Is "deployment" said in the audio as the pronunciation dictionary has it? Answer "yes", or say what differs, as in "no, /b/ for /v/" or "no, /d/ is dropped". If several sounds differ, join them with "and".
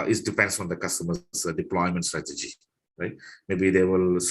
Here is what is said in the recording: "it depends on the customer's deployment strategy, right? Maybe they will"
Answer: yes